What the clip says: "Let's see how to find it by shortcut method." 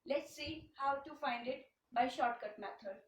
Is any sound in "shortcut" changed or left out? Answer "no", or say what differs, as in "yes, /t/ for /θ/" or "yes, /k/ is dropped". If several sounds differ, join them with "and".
no